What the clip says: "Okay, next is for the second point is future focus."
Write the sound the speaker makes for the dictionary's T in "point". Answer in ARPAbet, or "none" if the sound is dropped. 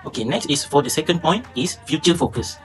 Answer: T